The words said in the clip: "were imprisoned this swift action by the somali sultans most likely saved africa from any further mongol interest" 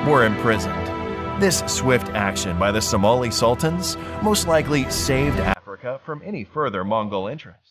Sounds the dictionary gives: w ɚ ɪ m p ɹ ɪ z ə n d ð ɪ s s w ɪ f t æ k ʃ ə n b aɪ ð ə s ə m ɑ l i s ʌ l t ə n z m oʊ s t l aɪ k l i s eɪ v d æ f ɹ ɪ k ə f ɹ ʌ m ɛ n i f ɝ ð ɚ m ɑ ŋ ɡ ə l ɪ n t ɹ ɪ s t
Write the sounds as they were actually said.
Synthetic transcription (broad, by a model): w ɚ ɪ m p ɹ ɪ z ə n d ð ɪ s s w ɪ f t æ k ʃ ə n b aɪ ð ə s ə m ɑ l i s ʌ l t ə n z m oʊ s t l aɪ k l i s eɪ v d æ f ɹ ɪ k ə f ɹ ʌ m ɛ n i f ɝ ð ɚ m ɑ ŋ ɡ l ɪ n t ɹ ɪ s t